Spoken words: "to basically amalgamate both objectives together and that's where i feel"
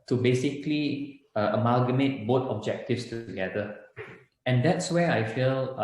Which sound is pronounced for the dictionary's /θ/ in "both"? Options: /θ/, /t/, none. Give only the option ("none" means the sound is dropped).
/t/